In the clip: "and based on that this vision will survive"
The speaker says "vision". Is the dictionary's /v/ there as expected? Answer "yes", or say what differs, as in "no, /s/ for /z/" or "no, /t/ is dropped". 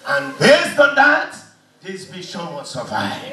no, /b/ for /v/